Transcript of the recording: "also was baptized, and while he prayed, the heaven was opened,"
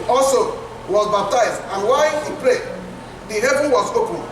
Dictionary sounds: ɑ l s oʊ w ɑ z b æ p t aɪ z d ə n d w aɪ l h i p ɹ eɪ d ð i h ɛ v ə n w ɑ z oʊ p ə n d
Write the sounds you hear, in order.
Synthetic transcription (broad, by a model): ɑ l s oʊ w ɑ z b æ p t aɪ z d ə n w aɪ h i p l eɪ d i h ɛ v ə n w ɑ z oʊ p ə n